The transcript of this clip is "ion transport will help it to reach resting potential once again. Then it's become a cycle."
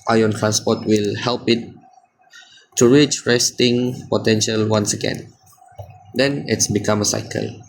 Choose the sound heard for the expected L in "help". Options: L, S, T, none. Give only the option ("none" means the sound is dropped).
L